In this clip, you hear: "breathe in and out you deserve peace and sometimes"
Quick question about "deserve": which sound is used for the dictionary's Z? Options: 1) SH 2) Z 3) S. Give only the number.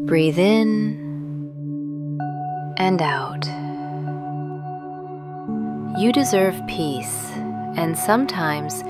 2